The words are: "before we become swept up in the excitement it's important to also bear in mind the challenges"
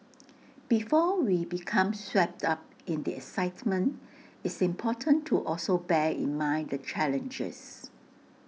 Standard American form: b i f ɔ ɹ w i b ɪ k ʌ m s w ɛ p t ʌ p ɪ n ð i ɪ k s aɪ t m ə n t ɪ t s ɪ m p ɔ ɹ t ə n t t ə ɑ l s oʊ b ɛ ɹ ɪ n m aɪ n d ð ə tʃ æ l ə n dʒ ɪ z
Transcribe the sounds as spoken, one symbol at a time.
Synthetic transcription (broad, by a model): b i f ɔ w i b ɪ k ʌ m s w ɛ p t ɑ p ɪ n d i ɪ k s aɪ t m ə n t ɪ t s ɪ m p ɔ t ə n t t ɑ l s oʊ b ɛ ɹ ɪ n m aɪ n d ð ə tʃ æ l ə n dʒ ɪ s